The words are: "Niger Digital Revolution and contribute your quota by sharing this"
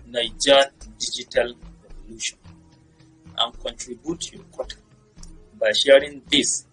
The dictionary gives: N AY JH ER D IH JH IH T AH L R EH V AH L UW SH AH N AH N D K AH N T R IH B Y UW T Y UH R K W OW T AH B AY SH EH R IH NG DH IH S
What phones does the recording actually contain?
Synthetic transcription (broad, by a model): N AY JH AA D IH JH IH T AH L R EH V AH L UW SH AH N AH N K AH N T R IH B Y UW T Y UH K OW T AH B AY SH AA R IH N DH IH S